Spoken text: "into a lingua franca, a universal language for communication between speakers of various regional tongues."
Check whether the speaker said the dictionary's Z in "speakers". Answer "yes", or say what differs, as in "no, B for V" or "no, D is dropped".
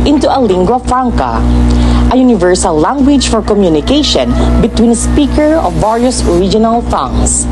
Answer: no, Z is dropped